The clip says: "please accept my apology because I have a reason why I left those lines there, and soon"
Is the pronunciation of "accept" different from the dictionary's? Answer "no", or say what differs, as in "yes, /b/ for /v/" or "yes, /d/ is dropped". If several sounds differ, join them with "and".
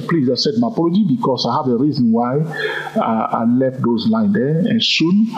yes, /k/ is dropped